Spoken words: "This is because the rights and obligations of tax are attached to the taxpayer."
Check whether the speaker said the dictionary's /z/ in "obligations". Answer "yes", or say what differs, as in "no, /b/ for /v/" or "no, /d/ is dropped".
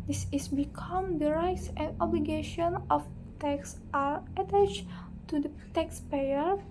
no, /z/ is dropped